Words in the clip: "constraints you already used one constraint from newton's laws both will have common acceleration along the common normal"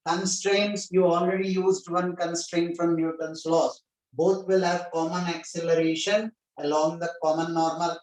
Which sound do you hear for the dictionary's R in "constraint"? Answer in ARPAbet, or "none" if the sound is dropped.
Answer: R